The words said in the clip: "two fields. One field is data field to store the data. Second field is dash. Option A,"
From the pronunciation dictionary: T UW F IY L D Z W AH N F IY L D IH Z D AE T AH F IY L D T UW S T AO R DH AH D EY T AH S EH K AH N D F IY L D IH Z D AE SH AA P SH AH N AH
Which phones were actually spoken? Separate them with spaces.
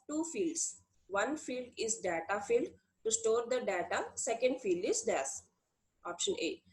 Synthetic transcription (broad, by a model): T UW F IY L D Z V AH N F IY L D IH Z D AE T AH F IY L D T UW S T AO R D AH D EY T AH S EH K AH N D F IY L D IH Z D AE S AA P SH AH N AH